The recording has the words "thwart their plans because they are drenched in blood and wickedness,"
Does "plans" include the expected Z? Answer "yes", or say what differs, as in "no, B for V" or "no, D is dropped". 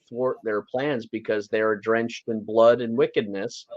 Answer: yes